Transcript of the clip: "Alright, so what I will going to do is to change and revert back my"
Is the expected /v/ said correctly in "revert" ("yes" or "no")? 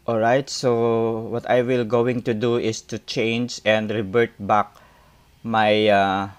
no